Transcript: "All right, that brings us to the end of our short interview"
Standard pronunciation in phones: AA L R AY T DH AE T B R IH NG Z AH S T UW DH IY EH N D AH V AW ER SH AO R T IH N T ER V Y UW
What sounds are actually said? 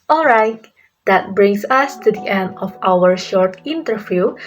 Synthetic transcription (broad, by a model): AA L R AY T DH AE T B R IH NG S AH S T UW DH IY EH N D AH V AW ER SH AO R T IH N T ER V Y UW